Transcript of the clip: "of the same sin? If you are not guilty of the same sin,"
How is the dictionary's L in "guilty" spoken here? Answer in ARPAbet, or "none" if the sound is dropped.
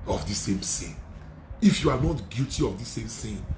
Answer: none